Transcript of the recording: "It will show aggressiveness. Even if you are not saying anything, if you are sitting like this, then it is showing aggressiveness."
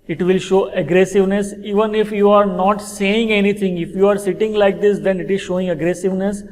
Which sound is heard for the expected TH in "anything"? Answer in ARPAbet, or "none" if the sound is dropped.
T